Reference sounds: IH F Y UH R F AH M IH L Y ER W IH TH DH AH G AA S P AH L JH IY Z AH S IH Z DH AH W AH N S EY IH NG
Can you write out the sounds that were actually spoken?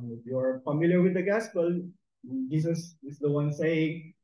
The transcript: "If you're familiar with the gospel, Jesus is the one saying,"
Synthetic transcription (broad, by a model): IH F Y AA R F AH M IH L Y ER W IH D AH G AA S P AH L JH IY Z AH S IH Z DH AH W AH N S EY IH NG